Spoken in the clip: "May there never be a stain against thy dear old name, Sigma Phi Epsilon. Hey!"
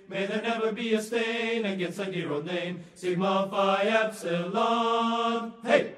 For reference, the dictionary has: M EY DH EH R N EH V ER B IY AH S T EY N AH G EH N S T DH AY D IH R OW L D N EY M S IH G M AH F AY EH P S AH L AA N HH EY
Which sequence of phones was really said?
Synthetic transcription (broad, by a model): M EY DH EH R N EH V ER B IY AH S T EY N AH G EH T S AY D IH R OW D N EY M S IH G M AH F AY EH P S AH L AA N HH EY